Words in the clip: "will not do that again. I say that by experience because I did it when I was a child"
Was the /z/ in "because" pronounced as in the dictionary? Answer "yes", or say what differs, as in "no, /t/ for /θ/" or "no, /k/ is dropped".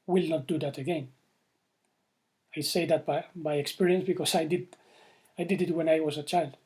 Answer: no, /s/ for /z/